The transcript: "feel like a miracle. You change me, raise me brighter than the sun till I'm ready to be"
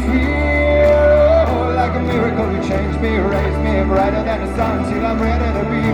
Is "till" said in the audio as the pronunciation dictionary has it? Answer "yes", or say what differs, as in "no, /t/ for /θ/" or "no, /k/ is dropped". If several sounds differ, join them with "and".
no, /n/ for /l/